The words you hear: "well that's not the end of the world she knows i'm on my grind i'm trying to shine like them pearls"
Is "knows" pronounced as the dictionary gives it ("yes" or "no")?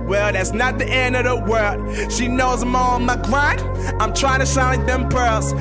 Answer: yes